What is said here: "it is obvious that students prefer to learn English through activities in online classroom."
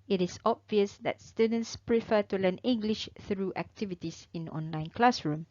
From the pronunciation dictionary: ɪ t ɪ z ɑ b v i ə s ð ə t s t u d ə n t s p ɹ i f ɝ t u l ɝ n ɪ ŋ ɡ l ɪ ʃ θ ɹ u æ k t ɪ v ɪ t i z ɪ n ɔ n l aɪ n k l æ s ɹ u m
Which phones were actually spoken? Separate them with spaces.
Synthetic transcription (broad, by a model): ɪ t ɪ s ɑ b v i ə s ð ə t s t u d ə n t s p ɹ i f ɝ t u l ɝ n ɪ ŋ ɡ l ɪ ʃ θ ɹ u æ k t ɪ v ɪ t i s ɪ n ɔ n l aɪ n k l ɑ s ɹ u m